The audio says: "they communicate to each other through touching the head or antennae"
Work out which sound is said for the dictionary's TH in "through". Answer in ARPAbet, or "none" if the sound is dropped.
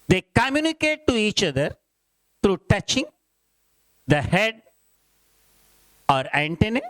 T